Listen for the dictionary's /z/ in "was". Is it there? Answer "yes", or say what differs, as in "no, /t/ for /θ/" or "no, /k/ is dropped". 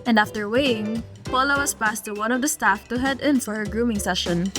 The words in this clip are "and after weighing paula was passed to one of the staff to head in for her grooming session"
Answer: no, /s/ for /z/